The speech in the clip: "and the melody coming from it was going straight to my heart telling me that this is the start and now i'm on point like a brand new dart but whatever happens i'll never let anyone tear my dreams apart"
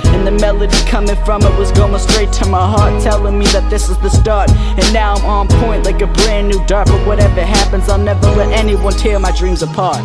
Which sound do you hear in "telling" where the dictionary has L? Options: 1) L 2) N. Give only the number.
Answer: 1